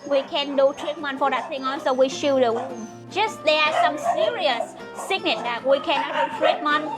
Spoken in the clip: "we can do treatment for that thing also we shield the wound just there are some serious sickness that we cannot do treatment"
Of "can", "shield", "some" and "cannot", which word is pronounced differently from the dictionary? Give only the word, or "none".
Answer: shield